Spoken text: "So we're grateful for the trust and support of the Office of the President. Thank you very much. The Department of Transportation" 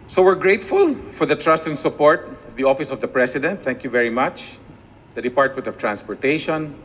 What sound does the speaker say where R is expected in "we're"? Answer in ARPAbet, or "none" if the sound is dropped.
R